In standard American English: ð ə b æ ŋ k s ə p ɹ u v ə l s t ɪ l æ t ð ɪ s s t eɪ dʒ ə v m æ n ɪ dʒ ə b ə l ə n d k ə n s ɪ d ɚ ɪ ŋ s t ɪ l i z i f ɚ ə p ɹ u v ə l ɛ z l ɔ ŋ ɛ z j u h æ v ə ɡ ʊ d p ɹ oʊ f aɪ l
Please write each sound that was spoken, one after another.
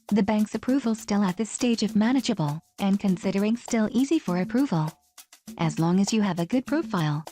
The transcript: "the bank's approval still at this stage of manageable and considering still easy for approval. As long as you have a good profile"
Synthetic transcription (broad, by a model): ð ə b æ ŋ k s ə p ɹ u v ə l s t ɪ l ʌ t ð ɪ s s t eɪ dʒ ə v m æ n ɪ dʒ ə b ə l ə n k ə n s ɪ d ɚ ɪ ŋ s t ɪ l i z i f ɚ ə p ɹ u v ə l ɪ z l ɔ ŋ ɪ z j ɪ v ə ɡ ʊ d p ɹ oʊ f aɪ l